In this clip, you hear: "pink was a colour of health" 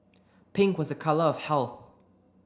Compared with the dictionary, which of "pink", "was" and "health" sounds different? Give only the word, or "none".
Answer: none